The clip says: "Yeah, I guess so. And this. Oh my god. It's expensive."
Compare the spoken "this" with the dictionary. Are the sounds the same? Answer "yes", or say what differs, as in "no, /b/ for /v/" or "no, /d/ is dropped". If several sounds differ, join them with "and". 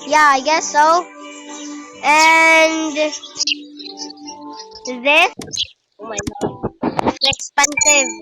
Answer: no, /s/ is dropped